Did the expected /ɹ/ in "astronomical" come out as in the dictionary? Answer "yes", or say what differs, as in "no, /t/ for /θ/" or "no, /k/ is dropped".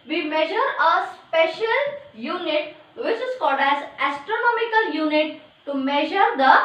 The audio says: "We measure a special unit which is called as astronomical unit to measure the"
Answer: yes